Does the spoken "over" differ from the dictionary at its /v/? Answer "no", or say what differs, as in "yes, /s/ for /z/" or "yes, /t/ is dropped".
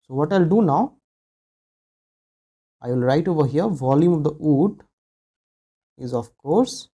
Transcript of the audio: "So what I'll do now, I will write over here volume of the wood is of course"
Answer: no